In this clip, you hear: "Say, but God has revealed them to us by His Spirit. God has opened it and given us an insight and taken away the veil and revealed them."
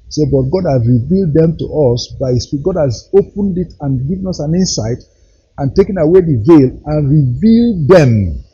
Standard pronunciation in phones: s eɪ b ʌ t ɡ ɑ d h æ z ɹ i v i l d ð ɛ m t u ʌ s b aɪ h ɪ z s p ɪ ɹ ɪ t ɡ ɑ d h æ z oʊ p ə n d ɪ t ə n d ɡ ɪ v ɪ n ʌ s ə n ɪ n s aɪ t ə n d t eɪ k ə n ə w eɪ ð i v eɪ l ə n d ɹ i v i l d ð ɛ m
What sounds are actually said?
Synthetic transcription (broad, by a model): s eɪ b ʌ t ɡ ɑ d h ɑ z ɹ i v i l d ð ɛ m t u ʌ s b aɪ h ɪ s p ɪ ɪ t ɡ ɑ d h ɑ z oʊ p ə n d ɪ t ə n ɡ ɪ v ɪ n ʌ s ə n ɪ n s aɪ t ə n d t eɪ k ə n ə w eɪ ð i v eɪ l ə n ɹ i v i l d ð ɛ m